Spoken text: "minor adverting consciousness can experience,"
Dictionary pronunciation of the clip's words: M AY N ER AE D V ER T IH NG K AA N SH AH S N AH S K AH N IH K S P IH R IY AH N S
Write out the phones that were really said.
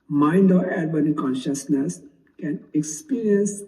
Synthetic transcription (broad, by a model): M AY N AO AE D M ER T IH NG K AA N SH AH S N AH S K AH N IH K S P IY R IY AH N S